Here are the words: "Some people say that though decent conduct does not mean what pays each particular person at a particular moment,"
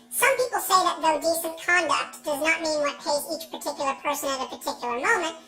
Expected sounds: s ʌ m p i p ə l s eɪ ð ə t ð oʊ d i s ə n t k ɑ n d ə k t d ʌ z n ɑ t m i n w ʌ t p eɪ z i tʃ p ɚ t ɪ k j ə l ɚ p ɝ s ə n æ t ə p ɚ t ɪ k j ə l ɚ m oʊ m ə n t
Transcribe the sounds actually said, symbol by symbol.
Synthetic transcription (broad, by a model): s ʌ m p i p l s eɪ ð ə t ð oʊ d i s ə n k ɑ n d ə k t d ʌ z n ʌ t m i n w ʌ t p eɪ z i tʃ p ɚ t ɪ k j l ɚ p ɝ s ə n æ t ə p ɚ t ɪ k j l ɚ m oʊ m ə n t